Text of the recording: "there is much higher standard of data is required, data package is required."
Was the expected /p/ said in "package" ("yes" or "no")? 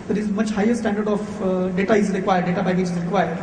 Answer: no